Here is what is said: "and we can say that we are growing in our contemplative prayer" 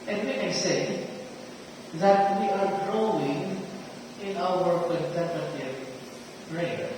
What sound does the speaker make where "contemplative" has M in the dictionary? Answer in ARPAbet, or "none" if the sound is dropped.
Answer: none